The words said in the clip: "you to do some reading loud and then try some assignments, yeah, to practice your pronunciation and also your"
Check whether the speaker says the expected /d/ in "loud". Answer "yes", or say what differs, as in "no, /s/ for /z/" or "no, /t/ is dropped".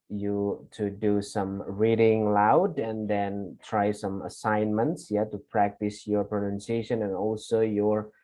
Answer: yes